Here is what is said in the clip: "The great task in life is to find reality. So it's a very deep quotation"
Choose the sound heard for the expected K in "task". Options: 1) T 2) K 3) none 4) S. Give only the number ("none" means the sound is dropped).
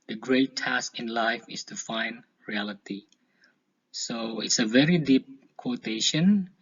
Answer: 2